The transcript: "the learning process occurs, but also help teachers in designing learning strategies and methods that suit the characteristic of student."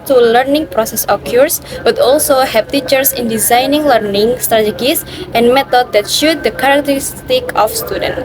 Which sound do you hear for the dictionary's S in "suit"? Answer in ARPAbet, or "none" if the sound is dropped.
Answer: SH